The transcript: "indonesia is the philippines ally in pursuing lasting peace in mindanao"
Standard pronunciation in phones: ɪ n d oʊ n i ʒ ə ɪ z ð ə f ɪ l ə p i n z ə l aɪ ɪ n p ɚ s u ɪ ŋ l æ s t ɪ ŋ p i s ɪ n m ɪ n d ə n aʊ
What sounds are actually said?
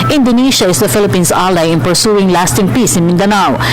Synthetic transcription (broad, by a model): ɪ n d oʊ n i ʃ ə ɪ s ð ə f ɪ l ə p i n s ə l aɪ ɪ n p ɚ s u ɪ ŋ l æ s t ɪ ŋ p i s ɪ n m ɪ n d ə n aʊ